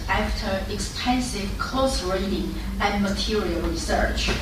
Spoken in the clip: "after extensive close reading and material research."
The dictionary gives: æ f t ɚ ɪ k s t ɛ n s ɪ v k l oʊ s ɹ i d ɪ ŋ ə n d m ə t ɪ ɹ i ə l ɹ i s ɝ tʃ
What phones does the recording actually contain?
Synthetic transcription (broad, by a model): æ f t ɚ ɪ k s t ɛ n s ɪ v k oʊ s ɹ i d ɪ ŋ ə n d m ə t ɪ ɹ i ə l ɹ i s ɝ tʃ